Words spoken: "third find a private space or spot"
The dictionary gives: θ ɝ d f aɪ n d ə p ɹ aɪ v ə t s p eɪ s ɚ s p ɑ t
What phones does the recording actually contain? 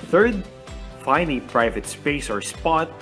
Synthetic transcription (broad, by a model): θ ɝ d f aɪ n ə p ɹ aɪ v ə t s p eɪ s ɚ s p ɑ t